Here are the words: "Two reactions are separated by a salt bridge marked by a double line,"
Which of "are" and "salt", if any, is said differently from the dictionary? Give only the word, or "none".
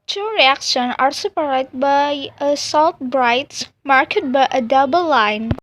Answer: none